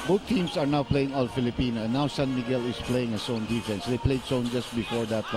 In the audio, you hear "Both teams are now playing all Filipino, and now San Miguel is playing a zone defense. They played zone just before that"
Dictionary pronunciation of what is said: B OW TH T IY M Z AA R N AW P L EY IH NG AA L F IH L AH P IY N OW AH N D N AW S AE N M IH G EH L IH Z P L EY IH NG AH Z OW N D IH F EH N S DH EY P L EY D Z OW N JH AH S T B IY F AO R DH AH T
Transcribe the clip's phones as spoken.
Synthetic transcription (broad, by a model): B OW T IY M S AA R N AW P L EY IH NG AA L F IH L AH P IY N OW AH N N AW S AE N M IH G EH L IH S P L EY IH NG AH S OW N D IH F EH N S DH EY P L EY D S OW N JH AH S T B IY F AO R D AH T